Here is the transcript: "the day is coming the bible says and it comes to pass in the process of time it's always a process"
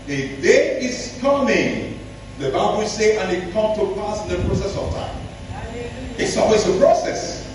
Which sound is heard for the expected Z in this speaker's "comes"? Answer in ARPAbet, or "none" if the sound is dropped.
none